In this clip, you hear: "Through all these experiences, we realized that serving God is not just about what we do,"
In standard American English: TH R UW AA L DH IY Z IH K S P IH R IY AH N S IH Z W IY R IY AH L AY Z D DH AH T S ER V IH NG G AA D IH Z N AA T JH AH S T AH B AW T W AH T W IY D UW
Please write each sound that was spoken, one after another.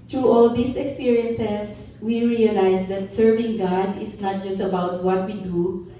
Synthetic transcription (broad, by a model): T R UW AA L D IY S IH K S P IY R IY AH N S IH S W IY R IY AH L AY S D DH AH T S ER V IH NG G AA D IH S N AA T JH AH S T AH B AW T W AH T W IY D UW